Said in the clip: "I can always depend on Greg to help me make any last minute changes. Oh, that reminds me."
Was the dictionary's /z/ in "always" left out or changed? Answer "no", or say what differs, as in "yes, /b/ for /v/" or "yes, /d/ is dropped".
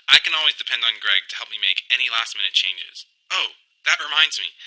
no